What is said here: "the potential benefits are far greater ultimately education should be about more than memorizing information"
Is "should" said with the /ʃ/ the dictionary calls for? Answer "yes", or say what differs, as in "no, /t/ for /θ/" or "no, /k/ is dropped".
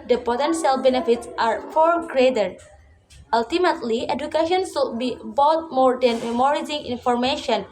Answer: no, /s/ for /ʃ/